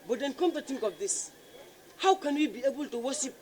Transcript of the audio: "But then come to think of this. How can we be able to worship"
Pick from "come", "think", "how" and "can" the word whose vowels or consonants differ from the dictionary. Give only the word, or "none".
think